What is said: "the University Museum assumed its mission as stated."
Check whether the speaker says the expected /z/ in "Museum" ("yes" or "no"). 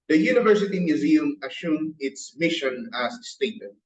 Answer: yes